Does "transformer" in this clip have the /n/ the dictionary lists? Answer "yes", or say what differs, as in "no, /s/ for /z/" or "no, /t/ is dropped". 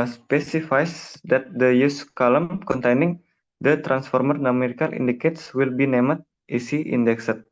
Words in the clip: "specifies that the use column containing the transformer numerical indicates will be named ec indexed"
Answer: yes